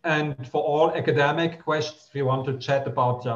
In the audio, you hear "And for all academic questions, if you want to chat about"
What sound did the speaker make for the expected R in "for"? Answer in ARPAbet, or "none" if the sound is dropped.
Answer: R